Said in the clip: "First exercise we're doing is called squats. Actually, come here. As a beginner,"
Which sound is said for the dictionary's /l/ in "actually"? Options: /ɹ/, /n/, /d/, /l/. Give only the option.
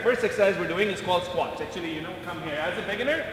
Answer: /n/